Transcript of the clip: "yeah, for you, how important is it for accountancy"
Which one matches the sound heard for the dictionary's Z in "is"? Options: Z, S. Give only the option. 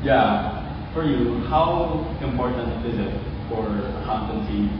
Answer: Z